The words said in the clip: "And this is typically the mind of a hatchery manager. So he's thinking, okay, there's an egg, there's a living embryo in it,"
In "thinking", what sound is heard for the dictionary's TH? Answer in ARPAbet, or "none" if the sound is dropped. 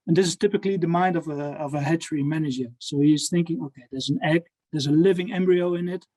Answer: TH